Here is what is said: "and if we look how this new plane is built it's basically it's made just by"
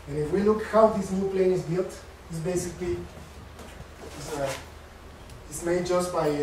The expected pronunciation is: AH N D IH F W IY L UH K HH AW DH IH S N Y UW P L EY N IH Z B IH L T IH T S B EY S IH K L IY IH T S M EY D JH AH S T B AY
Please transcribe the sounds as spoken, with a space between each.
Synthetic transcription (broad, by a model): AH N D IH F W IY L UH K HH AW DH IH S N Y UW P L EY N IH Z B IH L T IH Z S B EY S IH K L IY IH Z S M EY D JH AH S T B AY